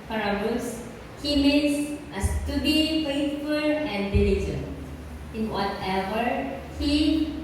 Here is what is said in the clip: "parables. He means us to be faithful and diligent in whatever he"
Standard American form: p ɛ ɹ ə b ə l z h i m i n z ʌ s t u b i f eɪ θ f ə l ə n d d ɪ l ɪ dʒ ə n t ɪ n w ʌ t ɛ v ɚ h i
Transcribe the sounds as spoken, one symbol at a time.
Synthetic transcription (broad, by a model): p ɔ ɹ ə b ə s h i m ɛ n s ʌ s t u b i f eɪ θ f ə l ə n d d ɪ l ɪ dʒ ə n ɪ n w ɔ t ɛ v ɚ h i